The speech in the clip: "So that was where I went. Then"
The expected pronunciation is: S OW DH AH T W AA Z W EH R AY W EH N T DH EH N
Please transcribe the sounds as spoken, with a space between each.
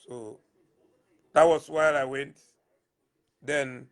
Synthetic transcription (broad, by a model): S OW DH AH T W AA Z W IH L AY W EH N T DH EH N